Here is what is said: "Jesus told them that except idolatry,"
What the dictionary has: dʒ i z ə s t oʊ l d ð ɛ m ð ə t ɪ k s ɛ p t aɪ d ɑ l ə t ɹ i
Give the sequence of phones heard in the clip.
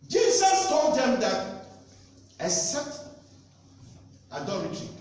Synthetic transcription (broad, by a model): dʒ i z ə s t oʊ l d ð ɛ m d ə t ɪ s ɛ t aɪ d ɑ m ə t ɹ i